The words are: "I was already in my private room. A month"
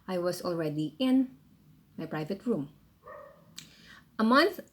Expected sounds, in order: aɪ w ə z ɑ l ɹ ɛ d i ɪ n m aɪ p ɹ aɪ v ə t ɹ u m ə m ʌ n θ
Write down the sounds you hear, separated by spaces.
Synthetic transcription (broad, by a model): aɪ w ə s ɑ l ɹ ɛ d i ɪ n m aɪ p ɹ aɪ v ə t ɹ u m ə m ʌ n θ